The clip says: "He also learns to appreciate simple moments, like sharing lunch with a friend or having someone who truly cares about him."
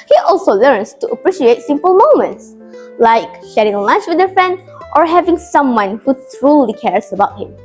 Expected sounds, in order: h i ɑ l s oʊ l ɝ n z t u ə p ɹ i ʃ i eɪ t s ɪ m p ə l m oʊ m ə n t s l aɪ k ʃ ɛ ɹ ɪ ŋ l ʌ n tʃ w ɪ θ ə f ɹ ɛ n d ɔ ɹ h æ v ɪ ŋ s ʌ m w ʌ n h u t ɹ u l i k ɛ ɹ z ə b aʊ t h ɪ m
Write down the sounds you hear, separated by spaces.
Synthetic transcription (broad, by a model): h i ɑ l s oʊ l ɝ n s t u ə p ɹ i ʃ i eɪ t s ɪ m p ə l m oʊ m ə n t s l aɪ k ʃ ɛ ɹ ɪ ŋ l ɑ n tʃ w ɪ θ ə f ɹ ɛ n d ɔ ɹ h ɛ v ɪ ŋ s ʌ m w ʌ n h u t ɹ u l i k ɛ ɹ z ə b aʊ t h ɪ m